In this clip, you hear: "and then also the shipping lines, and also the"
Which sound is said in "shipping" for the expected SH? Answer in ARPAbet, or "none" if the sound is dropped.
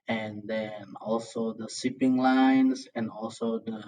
S